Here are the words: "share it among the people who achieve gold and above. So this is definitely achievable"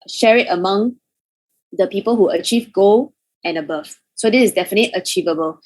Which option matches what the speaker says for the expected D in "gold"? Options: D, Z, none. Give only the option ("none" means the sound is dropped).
none